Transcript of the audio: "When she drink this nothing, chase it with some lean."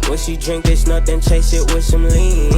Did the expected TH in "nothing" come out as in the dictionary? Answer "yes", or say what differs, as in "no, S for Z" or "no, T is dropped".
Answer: no, T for TH